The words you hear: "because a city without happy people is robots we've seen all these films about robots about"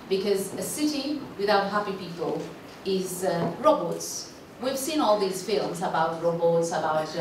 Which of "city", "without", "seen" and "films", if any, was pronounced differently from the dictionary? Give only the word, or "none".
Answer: none